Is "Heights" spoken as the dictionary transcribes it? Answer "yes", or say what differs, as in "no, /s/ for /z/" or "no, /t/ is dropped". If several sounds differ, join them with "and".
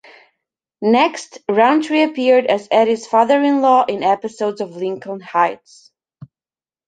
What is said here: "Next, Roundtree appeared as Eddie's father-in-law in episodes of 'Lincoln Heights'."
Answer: yes